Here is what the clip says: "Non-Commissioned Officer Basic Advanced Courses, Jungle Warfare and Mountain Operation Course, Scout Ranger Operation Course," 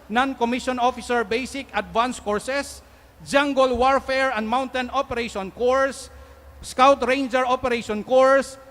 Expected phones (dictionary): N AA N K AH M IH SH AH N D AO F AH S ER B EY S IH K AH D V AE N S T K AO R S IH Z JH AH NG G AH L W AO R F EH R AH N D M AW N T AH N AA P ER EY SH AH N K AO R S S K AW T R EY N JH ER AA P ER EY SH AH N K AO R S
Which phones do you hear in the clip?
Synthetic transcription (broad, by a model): N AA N K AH M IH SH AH N AO F AH S ER B EY S IH K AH D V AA N S K AO R S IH S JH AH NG G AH L W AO R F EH R AH N D M AW N T AH N AA P ER EY SH AH N K AO R S S K AW T R EY N JH ER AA P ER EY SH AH N K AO R S